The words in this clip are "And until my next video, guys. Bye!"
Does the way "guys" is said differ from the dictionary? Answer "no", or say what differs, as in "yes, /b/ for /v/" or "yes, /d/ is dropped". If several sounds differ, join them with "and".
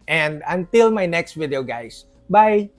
yes, /s/ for /z/